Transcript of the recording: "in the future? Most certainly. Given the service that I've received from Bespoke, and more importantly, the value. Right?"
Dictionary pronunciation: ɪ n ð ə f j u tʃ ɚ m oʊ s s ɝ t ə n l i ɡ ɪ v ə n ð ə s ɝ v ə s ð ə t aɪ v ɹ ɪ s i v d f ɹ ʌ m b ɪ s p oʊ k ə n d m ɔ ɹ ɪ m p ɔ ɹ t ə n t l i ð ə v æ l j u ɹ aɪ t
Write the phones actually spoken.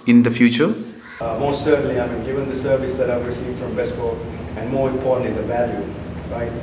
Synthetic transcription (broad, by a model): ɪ n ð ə f j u tʃ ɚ m oʊ s s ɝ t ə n l i ɡ ɪ v ə n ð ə s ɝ v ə s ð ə t aɪ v ɹ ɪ s i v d f ɹ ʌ m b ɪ s b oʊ ə n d m ɔ ɹ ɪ m p ɔ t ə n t i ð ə v æ l j u ɹ aɪ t